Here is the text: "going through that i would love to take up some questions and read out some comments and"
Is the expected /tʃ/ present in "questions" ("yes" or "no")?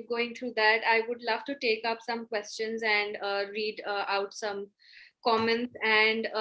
yes